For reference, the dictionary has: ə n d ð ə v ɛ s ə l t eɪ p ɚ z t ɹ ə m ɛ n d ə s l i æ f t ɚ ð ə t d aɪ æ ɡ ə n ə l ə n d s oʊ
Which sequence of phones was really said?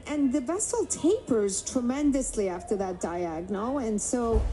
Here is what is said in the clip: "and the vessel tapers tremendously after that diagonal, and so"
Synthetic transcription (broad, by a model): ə n ð ə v ɛ s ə l t eɪ p ɚ z t ɹ ə m ɛ n d ə s l i æ f t ɚ ð ə t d aɪ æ ɡ n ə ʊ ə n s oʊ